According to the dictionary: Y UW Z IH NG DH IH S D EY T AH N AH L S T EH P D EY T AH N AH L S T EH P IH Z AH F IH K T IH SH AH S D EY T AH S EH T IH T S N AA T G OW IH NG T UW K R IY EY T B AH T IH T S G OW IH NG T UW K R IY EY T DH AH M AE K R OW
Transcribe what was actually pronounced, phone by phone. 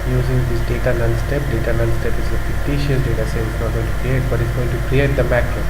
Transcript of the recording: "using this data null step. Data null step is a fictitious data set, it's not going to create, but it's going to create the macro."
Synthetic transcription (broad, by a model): Y UW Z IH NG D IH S D EY T AH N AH N S T EH P D EY T AH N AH N S T EH P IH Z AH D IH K T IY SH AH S D EY T AH S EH IH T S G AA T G OW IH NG T UW K R IY EY T B AH T IH T S G OW IH NG T UW K R IY EY T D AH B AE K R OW